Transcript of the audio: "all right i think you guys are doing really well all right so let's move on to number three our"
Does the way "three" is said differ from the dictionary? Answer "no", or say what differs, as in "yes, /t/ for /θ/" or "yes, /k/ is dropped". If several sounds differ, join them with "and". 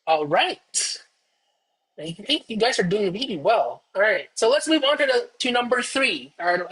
no